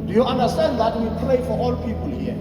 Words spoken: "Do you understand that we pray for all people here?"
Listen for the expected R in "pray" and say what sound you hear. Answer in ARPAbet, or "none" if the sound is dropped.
L